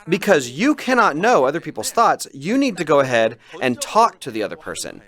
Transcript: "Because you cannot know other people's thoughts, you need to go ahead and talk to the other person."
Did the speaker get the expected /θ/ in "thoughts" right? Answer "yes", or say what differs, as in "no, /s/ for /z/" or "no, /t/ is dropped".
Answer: yes